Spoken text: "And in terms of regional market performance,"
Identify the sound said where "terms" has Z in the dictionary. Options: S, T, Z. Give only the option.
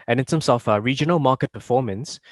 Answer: S